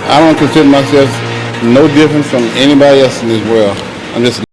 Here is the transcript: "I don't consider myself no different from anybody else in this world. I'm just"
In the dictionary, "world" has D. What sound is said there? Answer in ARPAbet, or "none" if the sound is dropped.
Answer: none